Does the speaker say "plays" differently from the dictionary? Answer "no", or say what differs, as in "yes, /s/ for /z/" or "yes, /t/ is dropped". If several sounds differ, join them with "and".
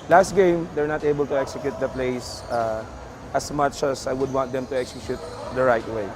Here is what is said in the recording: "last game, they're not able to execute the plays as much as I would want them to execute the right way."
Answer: yes, /s/ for /z/